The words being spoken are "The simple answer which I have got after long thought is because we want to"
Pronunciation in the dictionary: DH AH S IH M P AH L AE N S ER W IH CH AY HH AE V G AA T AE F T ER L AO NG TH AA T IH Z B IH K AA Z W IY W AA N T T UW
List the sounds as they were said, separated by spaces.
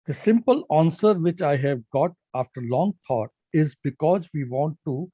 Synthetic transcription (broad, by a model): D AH S IH M P AH L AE N S ER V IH CH AY HH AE V G AA T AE F T ER L AO NG T AA T IH Z B IH K AA Z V IY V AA N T T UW